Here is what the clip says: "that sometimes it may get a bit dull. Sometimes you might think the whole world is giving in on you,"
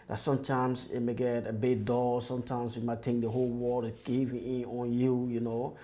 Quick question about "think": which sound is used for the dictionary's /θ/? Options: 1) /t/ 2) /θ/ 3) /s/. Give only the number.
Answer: 1